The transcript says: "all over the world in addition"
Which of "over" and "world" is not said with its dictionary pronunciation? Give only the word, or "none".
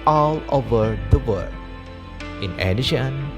world